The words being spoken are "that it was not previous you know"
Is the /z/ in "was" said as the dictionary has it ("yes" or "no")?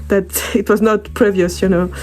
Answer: yes